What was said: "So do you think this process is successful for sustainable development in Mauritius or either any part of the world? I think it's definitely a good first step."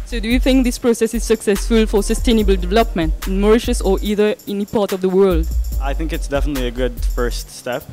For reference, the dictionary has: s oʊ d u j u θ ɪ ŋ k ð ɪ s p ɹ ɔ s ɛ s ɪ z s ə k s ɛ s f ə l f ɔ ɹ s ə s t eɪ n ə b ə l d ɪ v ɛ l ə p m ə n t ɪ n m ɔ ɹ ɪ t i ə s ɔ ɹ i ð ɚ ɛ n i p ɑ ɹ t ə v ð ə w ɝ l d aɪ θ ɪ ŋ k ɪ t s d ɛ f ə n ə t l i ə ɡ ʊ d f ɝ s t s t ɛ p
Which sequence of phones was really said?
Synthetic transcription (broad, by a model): s oʊ d u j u θ ɪ ŋ k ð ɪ s p ɹ ɔ s ɛ s ɪ z s ə k s ɛ s f ə l f ɔ ɹ s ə s t eɪ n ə b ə l d ɪ v ɛ l ə p m ə n t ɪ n m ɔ ɹ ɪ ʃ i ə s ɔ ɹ i ð ɚ ɛ n i p ɑ ɹ t ə v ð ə w ɝ l d aɪ θ ɪ ŋ k ɪ t s d ɛ f ə n ə t l i ə ɡ ʊ d f ɝ s t s t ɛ p